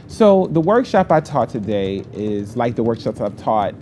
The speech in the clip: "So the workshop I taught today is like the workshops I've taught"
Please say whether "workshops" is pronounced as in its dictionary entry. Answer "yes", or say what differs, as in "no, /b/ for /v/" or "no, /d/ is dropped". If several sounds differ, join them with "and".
yes